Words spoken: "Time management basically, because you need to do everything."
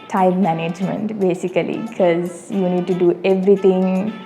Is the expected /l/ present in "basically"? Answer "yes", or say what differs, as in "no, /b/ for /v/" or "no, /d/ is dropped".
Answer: no, /l/ is dropped